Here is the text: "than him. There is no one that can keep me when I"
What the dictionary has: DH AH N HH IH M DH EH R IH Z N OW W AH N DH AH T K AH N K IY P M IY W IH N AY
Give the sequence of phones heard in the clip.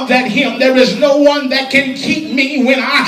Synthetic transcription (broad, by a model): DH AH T HH IH M DH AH R IH Z N OW W AH N DH AH T K AH N K IY P M IY W IH N AY